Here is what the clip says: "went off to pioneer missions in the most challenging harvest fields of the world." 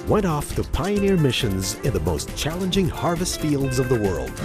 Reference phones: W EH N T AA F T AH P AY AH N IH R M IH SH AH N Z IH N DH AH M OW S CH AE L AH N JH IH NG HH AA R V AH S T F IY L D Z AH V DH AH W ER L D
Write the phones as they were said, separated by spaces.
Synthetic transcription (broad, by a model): W EH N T AA F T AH P AY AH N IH R M IH SH AH N Z IH N DH AH M OW S CH AE L AH N JH IH NG HH AA R V AH S T F IY L D Z AH V DH AH W ER L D